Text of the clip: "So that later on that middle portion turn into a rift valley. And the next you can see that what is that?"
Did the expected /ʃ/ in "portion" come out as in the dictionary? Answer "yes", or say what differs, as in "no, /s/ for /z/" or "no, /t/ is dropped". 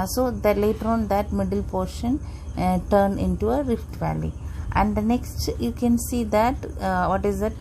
yes